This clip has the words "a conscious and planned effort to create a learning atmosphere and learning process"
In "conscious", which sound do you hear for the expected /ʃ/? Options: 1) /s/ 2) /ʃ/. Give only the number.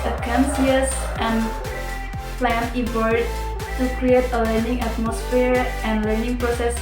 1